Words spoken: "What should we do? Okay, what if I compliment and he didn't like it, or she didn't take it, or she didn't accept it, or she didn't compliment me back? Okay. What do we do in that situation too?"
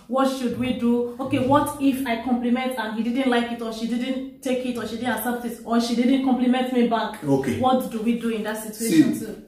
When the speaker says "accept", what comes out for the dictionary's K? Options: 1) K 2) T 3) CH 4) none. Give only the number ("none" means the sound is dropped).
4